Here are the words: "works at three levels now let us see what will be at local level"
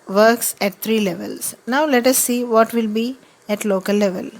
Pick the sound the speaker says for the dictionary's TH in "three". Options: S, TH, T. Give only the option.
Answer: T